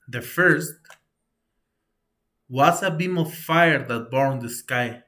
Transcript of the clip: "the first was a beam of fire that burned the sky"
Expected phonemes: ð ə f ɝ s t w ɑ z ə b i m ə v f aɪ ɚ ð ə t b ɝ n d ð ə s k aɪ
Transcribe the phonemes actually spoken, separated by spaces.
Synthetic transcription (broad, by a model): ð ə f ɝ s t w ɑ s ə b i m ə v f aɪ ɚ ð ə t b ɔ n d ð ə s k aɪ